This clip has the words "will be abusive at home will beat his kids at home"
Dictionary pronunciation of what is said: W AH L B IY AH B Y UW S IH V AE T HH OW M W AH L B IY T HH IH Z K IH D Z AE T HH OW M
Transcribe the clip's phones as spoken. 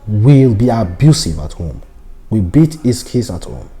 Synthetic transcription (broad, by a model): W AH L B IY AH B Y UW S IH V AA T HH OW M W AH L B IY T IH S K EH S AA T HH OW M